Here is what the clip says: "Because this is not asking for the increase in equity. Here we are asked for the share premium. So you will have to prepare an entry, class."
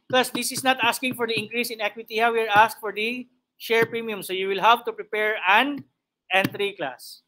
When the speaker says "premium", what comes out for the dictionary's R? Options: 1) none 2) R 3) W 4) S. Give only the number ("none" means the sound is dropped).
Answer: 2